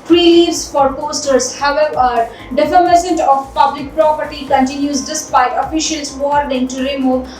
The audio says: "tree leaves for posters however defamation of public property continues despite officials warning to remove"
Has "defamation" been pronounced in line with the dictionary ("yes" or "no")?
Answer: no